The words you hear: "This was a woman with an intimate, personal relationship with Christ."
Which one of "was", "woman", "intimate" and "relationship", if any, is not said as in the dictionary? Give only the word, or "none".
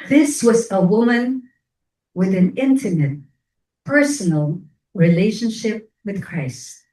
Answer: none